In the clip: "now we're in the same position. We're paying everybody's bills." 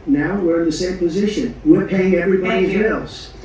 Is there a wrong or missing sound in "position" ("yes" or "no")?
no